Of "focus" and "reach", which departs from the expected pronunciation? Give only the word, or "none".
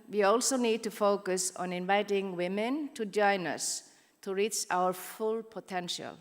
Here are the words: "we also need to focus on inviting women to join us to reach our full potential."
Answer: none